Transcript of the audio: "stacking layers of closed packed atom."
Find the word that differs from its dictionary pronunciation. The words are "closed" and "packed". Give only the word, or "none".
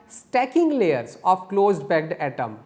packed